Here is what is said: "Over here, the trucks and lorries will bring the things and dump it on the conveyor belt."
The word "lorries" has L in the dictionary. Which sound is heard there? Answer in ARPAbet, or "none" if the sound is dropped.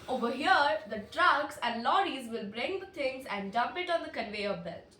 L